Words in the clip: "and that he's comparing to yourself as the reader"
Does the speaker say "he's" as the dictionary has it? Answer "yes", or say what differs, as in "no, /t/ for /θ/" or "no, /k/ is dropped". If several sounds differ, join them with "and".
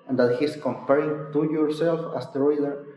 no, /s/ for /z/